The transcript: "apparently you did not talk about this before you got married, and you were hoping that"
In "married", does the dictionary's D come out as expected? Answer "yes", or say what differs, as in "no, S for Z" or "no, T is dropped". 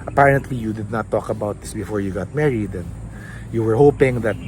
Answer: yes